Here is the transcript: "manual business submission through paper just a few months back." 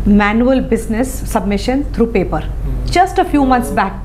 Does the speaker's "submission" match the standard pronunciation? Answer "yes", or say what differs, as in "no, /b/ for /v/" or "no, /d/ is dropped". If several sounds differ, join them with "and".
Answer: yes